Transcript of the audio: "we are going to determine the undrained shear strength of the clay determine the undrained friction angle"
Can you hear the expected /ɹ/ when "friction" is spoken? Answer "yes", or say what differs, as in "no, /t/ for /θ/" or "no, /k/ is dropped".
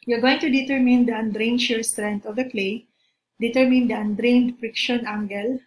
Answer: yes